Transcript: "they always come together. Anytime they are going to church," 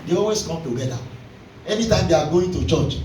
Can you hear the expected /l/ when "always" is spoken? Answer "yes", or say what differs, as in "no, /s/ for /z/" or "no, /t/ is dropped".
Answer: no, /l/ is dropped